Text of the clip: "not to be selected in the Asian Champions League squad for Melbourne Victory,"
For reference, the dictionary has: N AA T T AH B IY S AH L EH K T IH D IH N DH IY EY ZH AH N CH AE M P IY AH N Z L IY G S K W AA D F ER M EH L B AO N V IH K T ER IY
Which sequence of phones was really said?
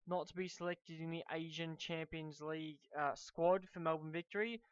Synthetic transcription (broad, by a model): N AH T T AH B IY S AH L EH K T IH D IH N DH IY EY ZH AH N CH AE M P IY AH N Z L IY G S K W AA D F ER M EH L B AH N V IH K T ER IY